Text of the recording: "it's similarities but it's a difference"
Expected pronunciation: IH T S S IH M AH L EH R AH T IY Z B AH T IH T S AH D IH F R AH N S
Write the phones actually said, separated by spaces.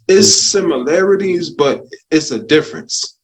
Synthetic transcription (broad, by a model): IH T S S IH M AH L EH R AH T IY Z B AH T IH T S AH D IH F R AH N S